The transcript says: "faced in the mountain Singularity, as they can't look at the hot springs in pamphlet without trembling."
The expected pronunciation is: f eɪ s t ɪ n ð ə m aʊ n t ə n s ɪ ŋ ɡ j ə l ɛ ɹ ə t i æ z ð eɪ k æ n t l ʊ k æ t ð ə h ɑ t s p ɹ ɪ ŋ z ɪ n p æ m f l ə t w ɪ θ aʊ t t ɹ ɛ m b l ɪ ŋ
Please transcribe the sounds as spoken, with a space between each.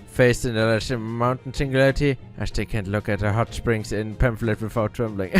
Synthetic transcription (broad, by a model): f eɪ s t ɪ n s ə m aʊ n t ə n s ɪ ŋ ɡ j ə l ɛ ɹ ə t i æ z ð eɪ k æ n t l ʊ k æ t ð ə h ɑ t s p ɹ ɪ ŋ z ɪ n p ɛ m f l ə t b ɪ f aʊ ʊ t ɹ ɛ m b l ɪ ŋ